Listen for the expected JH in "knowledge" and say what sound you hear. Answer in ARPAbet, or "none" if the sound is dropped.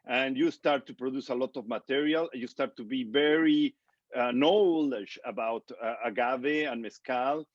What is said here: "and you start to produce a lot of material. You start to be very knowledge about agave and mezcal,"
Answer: SH